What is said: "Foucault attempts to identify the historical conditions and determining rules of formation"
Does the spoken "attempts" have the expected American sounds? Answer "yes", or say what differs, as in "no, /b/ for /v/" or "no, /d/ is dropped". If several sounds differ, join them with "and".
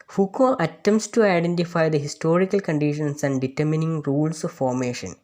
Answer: no, /p/ is dropped